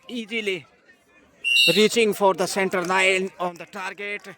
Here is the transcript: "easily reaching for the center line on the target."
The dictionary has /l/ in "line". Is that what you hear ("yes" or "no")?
no